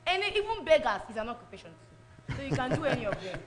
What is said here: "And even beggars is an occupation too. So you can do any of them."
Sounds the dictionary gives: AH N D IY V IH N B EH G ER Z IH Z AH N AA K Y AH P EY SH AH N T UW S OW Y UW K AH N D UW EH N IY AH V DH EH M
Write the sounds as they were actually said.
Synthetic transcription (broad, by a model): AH N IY IY V IH N B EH G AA S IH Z AH N AA K Y AH P EY SH AH N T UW S OW Y UW K AH N D UW EH N IY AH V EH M